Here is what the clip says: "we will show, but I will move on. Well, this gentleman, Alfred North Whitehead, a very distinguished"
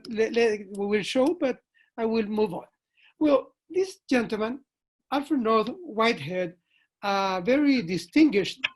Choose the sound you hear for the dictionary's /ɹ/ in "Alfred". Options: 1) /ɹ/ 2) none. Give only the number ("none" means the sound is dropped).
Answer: 2